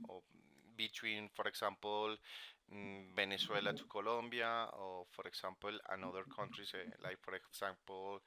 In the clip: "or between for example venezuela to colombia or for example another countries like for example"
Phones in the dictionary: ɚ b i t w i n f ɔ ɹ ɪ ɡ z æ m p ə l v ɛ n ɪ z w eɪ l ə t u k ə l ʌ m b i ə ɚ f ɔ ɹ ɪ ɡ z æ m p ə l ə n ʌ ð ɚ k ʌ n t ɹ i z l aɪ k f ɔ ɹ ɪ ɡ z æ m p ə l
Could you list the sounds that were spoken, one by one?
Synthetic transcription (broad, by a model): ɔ b i t w i n f ɔ ɹ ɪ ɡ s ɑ m p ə l b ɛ n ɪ s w eɪ l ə t u k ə l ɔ m b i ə f ɔ ɹ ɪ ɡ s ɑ m p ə l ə n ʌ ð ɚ k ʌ n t ɹ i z l aɪ k f ɔ ɹ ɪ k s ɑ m p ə l